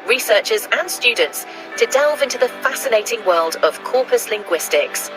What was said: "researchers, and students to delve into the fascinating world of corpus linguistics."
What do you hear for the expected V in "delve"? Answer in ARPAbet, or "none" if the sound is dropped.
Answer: V